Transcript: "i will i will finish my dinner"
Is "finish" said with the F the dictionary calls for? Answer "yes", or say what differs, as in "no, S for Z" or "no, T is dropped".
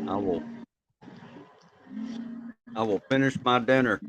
yes